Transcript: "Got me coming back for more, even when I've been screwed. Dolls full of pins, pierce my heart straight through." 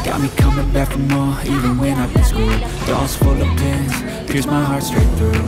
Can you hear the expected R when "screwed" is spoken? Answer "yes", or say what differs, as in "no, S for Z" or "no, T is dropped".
no, R is dropped